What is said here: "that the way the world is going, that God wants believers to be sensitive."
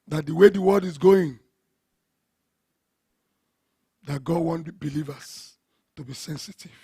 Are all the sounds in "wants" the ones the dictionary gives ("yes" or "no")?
no